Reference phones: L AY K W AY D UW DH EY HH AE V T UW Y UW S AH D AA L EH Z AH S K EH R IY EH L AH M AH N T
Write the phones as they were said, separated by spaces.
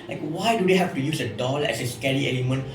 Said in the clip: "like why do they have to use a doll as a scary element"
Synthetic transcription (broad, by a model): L AY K W AY D UW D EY HH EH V T UW Y UW S AH D AA L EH S AH S K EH L IY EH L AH M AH N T